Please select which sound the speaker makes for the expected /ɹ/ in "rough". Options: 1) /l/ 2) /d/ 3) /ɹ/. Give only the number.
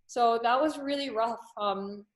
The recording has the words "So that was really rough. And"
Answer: 3